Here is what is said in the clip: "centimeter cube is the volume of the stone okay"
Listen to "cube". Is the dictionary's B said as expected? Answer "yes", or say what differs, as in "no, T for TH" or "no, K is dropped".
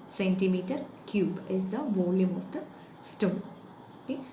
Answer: yes